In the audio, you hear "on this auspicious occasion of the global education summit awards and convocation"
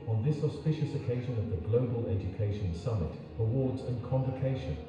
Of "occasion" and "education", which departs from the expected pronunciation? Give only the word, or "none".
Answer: none